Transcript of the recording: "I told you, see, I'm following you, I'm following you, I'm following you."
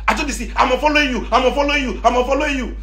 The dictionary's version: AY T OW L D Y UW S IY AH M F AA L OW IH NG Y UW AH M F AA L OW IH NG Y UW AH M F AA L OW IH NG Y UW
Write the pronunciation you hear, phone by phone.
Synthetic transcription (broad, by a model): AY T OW D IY S IY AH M F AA L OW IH Y UW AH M F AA L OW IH Y UW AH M F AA L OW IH Y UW